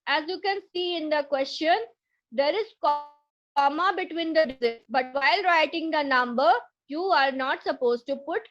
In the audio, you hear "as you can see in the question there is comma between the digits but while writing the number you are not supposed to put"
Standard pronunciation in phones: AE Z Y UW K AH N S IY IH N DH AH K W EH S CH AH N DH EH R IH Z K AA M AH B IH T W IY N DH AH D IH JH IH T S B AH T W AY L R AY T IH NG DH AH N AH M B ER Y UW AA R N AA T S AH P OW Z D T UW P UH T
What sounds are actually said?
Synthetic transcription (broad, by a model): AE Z Y UW K AH N S IY IH N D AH K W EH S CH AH N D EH R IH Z K AA M AH B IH T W IY N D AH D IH Z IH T B AH T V AY L R AY T IH NG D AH N AH M B ER Y UW AA R N AA T S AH P OW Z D T UW P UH T